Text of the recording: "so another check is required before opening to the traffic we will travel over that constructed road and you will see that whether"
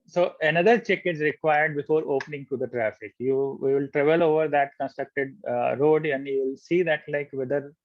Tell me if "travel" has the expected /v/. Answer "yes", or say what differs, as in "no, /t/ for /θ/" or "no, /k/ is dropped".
yes